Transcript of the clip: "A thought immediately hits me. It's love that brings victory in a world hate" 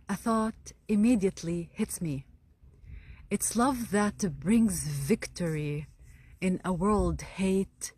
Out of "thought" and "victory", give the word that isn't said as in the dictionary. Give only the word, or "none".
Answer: none